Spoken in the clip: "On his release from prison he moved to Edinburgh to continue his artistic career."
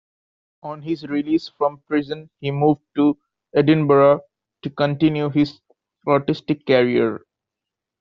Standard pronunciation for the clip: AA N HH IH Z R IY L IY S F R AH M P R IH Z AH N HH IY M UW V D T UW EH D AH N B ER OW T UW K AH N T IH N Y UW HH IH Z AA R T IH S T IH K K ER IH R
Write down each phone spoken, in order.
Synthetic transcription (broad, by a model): AA N HH IH Z R IY L IY S F R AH M P R IH Z AH N HH IY M UW V D T UW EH D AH N B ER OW T UW K AH N T IH N Y UW HH IH Z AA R T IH S T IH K K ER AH R